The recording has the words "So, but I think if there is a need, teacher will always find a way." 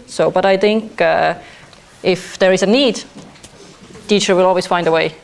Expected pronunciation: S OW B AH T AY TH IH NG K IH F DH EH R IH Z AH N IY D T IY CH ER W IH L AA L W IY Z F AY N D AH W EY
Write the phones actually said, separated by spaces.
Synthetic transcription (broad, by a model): S OW B AH T AY TH IH NG K IH F DH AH R IH Z AH N IY D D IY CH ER W IH L AA L W IY Z F AY N D AH W EY